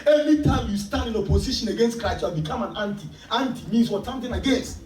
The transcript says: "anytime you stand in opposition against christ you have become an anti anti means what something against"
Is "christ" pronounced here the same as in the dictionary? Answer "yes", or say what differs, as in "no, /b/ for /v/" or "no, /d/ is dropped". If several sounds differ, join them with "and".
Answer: no, /s/ is dropped